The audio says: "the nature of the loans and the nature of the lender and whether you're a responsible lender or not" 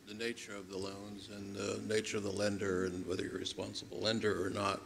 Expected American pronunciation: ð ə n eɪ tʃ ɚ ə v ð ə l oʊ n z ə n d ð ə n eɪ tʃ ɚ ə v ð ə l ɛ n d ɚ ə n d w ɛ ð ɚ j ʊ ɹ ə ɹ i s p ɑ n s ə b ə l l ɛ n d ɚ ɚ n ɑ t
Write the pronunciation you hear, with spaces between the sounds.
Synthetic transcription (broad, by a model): ð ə n eɪ tʃ ɚ ə v ð ə l oʊ n z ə n ð ə n eɪ tʃ ɚ ə v ð ə l ɛ n d ɚ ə n w ɛ ð ɚ j ə ɹ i s p ɑ n s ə b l l ɛ n d ɚ ɚ n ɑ t